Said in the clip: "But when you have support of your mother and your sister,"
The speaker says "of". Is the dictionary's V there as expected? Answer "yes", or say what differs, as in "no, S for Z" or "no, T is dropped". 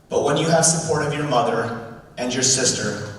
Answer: yes